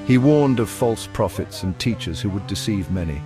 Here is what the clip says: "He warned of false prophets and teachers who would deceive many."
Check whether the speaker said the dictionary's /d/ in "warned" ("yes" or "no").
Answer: yes